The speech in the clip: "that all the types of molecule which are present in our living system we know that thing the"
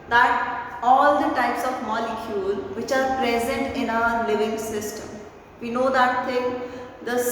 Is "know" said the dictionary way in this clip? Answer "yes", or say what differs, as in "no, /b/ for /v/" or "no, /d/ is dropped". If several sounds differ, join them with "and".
yes